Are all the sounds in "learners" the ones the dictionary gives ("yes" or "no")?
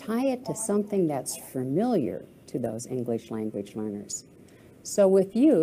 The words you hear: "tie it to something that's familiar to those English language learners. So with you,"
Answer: yes